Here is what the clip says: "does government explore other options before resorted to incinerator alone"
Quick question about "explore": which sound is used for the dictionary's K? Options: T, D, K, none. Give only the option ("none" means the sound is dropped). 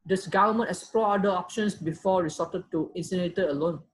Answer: none